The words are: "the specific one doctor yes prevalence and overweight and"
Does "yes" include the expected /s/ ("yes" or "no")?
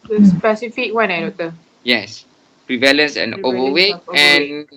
yes